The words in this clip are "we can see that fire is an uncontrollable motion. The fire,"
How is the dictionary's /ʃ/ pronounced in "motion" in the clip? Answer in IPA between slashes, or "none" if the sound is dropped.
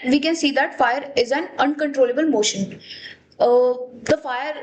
/ʃ/